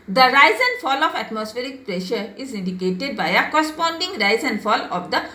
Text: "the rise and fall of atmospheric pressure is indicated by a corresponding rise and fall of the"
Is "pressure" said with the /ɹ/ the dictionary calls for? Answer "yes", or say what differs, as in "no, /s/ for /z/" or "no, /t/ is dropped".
yes